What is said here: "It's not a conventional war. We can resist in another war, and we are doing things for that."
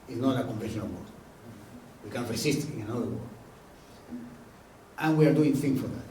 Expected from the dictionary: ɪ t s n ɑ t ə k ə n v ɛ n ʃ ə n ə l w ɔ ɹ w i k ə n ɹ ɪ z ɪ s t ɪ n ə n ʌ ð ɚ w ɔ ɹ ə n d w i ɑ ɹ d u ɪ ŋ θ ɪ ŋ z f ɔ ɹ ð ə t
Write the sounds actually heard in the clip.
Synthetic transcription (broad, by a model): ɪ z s n ɑ t ə k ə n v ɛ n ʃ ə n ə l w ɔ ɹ w i k ə n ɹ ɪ s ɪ s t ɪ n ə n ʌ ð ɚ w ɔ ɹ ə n w i ɑ ɹ d u ɪ ŋ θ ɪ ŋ s f ɔ ɹ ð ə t